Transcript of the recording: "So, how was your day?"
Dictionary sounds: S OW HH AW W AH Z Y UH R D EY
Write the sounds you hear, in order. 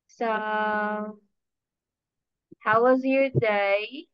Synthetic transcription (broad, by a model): S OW HH AW W AH Z Y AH R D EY